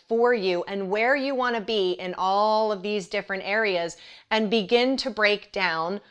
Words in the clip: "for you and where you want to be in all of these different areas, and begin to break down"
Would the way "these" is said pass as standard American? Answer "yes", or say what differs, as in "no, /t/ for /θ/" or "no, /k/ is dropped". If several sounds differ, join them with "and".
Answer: yes